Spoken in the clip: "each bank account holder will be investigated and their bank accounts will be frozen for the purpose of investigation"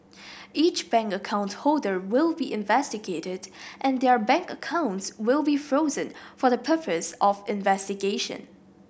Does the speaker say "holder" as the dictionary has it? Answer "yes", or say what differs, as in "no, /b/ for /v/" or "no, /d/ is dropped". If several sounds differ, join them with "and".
yes